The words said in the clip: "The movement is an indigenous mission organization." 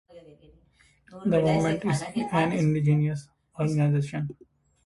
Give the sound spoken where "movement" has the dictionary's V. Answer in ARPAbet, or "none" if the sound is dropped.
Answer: none